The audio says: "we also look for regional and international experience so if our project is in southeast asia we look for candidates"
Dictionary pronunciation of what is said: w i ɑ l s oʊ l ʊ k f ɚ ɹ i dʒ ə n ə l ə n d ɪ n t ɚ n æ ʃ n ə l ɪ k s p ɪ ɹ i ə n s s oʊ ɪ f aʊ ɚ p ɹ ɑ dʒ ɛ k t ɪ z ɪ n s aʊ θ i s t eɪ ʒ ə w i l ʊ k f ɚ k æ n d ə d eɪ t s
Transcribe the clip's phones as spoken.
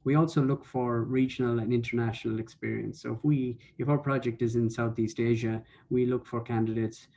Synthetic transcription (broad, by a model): w i ɑ l s oʊ l ʊ k f ɚ ɹ i dʒ ə n ə l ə n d ɪ n t ɚ n æ ʃ n ə l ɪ k s p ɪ ɹ i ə n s s oʊ ɪ f aʊ ɚ p ɹ ɑ dʒ ɛ k t ɪ z ɪ n s aʊ θ i s t eɪ ʒ ə w i l ʊ k f ɚ k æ n d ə d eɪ t s